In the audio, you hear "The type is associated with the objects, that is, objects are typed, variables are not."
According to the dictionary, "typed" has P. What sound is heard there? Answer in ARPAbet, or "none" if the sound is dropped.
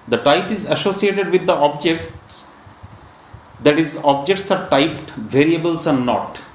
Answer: P